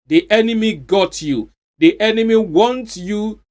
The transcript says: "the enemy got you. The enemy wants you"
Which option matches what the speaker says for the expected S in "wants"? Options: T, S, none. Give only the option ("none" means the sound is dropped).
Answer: none